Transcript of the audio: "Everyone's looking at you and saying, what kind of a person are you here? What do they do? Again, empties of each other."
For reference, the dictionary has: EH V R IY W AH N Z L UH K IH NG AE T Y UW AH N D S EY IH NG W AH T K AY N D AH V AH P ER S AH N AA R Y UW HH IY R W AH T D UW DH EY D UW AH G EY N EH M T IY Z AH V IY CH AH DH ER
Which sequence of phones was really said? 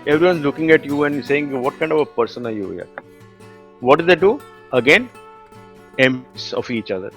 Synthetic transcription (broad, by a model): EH V R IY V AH N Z L UH K IH NG AE T Y UW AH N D S EY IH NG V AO T K AY N D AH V AH P ER S AH N AA R Y UW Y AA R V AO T D UW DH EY D UW AH G EY N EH M S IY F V IY CH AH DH ER